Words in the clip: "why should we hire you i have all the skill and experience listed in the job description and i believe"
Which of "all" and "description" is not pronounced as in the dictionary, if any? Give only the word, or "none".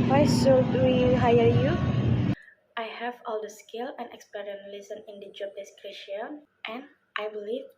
description